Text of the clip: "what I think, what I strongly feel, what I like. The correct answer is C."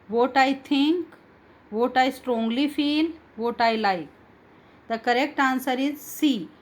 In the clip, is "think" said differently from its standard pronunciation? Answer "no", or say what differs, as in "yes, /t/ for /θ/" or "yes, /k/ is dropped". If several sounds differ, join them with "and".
yes, /t/ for /θ/